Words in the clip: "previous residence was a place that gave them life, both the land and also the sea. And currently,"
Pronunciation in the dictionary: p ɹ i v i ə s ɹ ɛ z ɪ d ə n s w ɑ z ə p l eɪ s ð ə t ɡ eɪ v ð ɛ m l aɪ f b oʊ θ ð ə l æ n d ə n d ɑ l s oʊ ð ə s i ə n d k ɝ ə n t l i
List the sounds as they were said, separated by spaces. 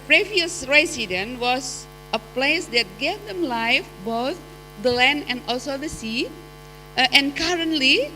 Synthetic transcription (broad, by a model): p ɹ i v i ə s ɹ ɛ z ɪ d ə n w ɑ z ə p l eɪ s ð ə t ɡ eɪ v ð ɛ m l aɪ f b oʊ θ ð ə l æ n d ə n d ɑ l s oʊ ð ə s i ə n k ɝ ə n t l i